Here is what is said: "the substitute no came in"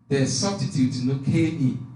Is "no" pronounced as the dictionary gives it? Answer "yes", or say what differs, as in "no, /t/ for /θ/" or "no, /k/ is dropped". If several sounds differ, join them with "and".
no, /l/ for /n/